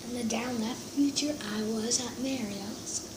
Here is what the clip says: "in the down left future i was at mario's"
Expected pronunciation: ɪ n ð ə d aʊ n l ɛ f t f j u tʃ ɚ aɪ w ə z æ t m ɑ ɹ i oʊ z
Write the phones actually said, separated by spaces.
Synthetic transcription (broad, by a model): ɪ n ð ə d aʊ n l ɛ f t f j u tʃ ɚ aɪ w ə z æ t m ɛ ɹ i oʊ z